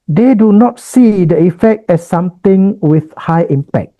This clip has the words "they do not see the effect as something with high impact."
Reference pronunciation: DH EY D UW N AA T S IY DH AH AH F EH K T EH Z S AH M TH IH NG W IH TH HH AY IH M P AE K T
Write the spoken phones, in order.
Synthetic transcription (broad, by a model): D EY D UW N AA T S IY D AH AH F EH K T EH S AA M T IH NG W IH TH HH AY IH M P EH K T